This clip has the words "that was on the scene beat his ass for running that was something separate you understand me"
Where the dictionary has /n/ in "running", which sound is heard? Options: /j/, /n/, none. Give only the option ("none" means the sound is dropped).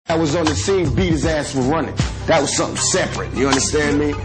/n/